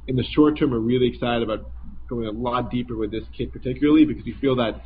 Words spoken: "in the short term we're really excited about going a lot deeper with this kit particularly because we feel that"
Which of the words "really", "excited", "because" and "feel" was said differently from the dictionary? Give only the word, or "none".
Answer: none